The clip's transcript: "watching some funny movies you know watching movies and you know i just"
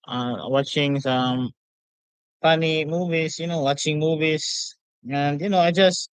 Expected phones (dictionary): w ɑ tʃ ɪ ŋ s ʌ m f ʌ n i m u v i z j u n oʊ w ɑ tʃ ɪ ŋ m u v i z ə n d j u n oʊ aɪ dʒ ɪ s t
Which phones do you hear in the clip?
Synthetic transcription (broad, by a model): w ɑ tʃ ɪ ŋ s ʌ m p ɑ n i m u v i s j u n oʊ w ɑ tʃ ɪ ŋ m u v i s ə n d j u n oʊ aɪ dʒ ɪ s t